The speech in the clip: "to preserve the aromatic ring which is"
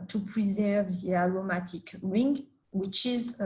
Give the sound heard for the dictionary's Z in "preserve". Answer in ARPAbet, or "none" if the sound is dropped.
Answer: Z